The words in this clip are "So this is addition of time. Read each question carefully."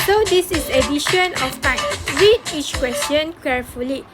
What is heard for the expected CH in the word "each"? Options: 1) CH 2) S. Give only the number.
1